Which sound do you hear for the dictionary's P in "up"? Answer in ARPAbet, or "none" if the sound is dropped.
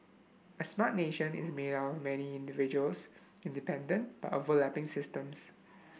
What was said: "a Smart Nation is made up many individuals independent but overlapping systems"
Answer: F